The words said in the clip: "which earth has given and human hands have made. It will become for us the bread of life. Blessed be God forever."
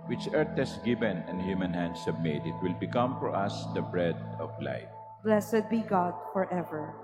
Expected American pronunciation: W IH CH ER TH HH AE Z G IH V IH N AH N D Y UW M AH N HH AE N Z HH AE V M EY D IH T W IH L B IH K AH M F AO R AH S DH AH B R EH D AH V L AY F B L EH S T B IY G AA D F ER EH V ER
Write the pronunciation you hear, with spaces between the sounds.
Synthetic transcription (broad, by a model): W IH CH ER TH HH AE S G IH V IH N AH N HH Y UW M AH N HH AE N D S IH B M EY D IH T W IH L B IH K AH M F AO R AH S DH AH B R EH D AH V L AY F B L EH S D B IY G AA D F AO EH V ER